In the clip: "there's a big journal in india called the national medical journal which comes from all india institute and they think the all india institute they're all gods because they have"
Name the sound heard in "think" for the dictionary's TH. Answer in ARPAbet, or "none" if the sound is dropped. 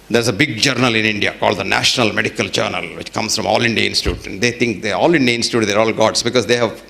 T